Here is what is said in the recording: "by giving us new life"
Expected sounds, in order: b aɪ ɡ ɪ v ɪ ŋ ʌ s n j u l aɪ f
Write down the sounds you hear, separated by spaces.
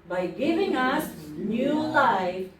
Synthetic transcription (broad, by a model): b aɪ ɡ ɪ v ɪ ŋ ʌ s n j u l aɪ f